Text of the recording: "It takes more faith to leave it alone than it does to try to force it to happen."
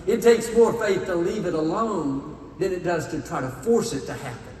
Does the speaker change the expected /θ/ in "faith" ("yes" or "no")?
no